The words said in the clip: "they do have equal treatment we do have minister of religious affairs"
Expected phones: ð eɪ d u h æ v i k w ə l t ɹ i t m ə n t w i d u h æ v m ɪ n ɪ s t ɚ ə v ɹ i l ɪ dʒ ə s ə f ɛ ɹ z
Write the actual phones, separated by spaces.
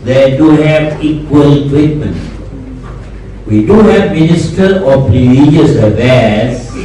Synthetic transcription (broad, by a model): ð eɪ d u h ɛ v i k w ə l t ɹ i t m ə n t w i d u h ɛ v m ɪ n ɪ s t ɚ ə p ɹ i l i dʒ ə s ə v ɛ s